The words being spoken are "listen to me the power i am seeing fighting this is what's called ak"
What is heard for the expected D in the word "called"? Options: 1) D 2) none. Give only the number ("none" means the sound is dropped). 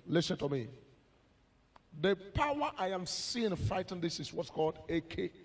1